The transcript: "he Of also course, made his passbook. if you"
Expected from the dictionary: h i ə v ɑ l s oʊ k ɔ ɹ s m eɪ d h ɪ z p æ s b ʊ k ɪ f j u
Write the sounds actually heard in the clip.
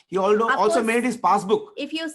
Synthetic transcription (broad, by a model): h i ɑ l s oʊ ɔ l s m eɪ d h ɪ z p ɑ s b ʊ k ɪ f j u